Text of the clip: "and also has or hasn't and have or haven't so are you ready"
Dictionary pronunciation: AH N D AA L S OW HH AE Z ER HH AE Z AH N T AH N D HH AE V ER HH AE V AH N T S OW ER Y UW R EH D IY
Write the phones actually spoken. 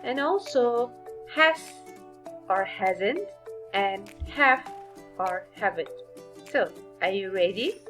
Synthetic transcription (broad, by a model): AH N AA L S OW HH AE S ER HH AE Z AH N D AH N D HH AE F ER HH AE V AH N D S OW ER Y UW R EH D IY